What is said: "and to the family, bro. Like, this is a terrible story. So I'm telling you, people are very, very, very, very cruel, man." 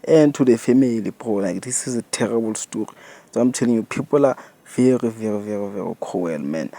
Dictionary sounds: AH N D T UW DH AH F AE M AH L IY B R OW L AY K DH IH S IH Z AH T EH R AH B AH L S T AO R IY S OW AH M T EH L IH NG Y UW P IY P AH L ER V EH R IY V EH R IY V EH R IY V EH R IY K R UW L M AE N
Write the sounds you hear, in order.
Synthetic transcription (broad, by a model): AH N T UW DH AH F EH M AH L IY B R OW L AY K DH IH S IH Z AH T EH R AH B AH L S T AO R IY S AH M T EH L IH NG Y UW P IY P AH L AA V EH R IY V EH R IY V EH R IY V EH R IY K W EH L M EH N